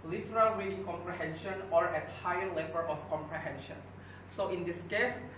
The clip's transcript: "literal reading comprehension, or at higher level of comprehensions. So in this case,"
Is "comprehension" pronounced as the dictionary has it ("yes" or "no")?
yes